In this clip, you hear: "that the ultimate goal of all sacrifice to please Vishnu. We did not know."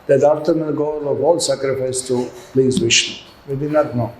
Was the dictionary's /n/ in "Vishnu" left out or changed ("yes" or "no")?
yes